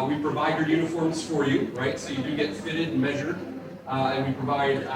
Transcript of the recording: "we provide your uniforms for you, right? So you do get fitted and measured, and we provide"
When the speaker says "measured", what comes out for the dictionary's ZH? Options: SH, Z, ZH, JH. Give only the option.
ZH